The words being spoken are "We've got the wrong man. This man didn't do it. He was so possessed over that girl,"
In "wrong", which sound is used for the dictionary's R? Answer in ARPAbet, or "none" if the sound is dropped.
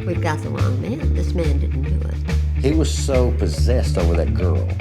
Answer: L